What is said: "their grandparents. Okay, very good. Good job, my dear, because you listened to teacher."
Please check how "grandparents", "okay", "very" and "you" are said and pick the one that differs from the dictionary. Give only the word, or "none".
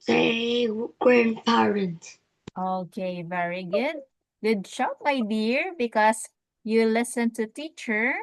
grandparents